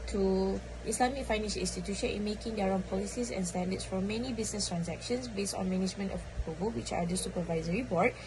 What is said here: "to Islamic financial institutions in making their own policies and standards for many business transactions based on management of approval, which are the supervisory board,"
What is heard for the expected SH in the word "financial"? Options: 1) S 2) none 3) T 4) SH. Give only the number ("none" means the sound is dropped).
1